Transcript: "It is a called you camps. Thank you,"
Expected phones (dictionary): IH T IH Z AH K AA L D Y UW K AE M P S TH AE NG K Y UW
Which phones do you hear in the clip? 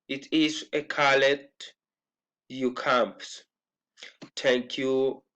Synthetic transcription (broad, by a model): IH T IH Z AH K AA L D Y UW K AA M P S T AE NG K Y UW